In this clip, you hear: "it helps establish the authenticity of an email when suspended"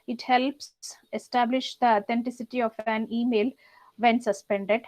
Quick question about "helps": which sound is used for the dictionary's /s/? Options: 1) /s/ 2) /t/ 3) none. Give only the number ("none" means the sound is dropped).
1